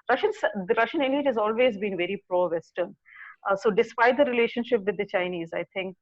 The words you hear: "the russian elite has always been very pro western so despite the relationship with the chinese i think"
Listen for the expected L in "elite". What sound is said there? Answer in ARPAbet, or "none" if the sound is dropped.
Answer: N